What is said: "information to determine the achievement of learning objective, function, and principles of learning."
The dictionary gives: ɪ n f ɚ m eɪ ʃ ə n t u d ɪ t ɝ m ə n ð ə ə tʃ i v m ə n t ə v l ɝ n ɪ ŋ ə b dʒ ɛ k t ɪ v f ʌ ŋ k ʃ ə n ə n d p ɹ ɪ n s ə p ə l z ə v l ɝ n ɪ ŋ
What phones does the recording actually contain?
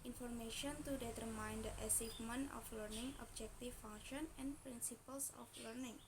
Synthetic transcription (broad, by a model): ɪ n f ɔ m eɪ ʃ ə n t u d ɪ t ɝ m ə n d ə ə s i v m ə n ə f l ɝ n ɪ ŋ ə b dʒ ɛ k t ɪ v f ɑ ŋ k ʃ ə n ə n p ɹ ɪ n s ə p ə l s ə f l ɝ n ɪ ŋ